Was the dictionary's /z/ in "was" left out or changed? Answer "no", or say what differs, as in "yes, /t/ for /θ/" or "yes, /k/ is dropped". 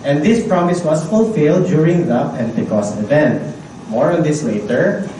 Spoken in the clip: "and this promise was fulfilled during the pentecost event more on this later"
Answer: yes, /s/ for /z/